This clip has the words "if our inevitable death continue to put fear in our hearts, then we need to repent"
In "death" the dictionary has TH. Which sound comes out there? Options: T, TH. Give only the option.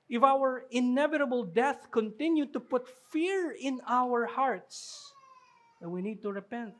TH